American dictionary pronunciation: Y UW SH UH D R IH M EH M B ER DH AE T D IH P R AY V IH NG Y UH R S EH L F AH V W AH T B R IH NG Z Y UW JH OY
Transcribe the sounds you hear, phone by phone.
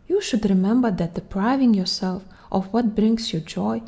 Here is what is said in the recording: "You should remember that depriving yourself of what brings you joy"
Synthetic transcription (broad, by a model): Y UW SH UH D R IH M EH M B ER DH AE T D IH P R AY V IH NG Y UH R S EH L F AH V W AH T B R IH NG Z Y UW JH OY